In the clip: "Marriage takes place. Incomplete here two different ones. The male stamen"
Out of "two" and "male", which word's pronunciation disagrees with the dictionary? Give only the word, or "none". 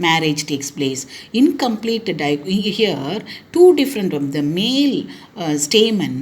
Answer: none